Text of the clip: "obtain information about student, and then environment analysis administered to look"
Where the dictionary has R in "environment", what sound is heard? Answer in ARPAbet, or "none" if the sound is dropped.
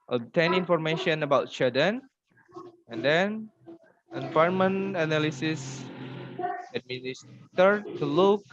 none